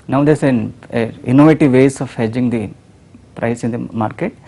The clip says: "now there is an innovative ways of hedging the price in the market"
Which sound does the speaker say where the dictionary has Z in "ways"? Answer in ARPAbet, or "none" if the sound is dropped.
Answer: S